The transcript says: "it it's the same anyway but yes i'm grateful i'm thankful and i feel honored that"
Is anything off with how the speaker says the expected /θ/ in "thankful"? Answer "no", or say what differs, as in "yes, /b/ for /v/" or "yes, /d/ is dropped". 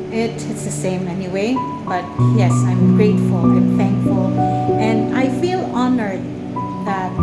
no